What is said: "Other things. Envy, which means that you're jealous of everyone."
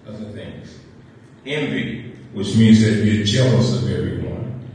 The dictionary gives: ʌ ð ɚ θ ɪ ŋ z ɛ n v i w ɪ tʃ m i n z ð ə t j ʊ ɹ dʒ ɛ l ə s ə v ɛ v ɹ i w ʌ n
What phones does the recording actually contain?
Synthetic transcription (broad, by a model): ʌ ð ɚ θ ɪ ŋ z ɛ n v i w ɪ tʃ m i n z ð ə t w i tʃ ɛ l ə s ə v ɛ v ɹ i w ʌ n